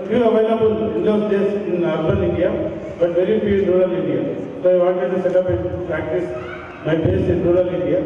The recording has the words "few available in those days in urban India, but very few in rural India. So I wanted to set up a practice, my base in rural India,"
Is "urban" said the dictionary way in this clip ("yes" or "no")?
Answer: no